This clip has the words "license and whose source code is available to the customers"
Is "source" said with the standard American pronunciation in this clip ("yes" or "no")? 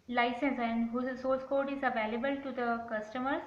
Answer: no